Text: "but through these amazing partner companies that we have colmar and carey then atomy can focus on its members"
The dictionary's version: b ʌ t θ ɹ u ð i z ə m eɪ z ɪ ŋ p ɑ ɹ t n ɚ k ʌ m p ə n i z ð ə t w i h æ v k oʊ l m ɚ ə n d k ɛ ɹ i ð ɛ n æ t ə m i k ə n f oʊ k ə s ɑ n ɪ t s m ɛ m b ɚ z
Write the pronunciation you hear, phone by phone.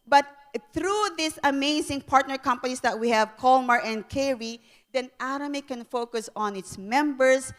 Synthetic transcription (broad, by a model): b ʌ t θ ɹ u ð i s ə m eɪ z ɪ ŋ p ɑ ɹ t n ɚ k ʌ m p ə n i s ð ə t w i h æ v k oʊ l m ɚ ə n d k ɛ ɹ i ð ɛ n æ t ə m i k ə n f oʊ k ə s ɑ n ɪ t s m ɛ m b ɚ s